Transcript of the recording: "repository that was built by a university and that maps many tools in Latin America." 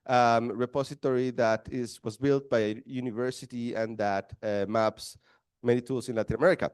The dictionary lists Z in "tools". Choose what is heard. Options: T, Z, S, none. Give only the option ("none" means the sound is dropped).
S